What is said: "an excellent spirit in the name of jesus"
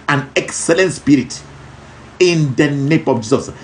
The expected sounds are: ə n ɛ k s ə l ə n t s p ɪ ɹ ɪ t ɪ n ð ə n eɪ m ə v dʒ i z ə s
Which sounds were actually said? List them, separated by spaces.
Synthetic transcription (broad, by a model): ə n ɛ k s ə l ə n t s p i ɹ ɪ t ɪ n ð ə n eɪ m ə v dʒ i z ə s